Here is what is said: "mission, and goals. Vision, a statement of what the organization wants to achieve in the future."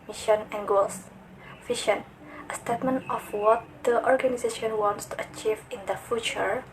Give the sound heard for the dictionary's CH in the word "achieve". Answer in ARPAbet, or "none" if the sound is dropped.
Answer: CH